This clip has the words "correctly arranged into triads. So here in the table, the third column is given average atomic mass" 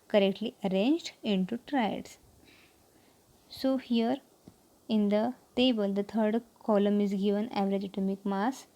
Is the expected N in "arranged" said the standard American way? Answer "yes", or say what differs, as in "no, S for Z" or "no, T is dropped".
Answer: yes